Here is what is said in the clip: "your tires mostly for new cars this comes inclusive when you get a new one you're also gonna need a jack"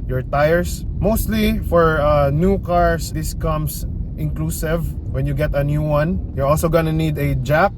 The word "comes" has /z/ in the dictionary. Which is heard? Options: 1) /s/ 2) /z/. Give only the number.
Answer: 1